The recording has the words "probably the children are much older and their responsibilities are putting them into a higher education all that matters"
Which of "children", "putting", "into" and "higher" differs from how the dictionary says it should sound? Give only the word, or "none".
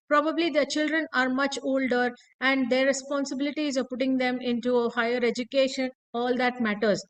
none